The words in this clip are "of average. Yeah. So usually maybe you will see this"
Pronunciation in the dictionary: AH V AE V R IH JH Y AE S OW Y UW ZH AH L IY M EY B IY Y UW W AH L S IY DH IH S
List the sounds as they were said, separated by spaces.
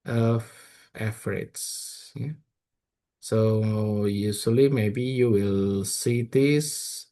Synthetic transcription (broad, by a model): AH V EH F R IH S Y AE S OW Y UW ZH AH L IY M EY B IY Y UW W AH L S IY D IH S